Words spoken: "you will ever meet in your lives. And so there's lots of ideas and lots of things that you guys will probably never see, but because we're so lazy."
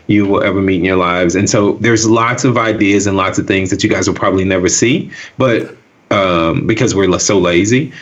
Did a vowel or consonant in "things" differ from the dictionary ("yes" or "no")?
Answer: no